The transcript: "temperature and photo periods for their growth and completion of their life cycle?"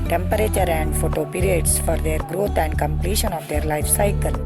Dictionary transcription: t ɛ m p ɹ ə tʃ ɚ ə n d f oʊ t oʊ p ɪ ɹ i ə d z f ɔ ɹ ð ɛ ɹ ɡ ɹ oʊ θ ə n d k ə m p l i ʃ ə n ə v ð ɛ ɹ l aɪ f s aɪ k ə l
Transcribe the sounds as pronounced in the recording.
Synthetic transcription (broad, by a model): t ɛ m p ɹ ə tʃ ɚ ə n d f oʊ t oʊ p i ɹ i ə d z f ɔ ɹ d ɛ ɹ ɡ ɹ oʊ t ə n d k ə m p l i ʃ ə n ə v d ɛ ɹ l aɪ f s aɪ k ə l